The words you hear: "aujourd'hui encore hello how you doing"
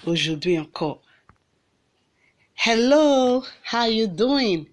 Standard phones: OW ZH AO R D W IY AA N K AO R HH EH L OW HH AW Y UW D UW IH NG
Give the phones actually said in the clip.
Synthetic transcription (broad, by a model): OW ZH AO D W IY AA K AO HH EH L OW HH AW Y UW D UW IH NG